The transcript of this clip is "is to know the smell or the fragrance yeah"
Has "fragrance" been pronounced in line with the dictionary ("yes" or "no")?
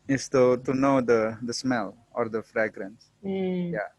yes